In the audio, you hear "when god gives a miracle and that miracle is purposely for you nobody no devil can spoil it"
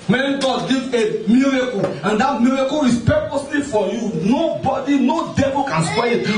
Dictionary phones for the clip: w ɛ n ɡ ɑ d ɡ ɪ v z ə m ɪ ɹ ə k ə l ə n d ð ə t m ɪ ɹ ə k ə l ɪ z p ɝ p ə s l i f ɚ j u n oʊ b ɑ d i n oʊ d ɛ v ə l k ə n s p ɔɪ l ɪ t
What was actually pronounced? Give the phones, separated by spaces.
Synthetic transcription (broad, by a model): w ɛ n ɡ ɑ d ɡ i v ə m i ɹ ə k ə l ə n d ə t m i ɹ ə k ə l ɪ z p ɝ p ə s l i f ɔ j u n oʊ b ɑ d i n oʊ d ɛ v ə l k ə n s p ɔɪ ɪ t